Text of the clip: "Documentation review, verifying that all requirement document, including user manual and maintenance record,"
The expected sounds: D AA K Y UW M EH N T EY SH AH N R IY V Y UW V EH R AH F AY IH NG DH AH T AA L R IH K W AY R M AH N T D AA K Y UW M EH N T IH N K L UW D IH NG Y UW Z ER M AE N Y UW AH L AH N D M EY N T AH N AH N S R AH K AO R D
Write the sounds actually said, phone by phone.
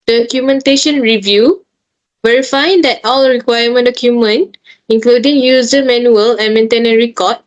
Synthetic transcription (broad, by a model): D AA K Y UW M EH N T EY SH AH N R IY V Y UW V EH R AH F AY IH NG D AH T AA L R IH K W AY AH M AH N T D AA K Y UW M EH N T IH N K L UW D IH NG Y UW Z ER M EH N Y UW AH L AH N M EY N T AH N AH R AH K AO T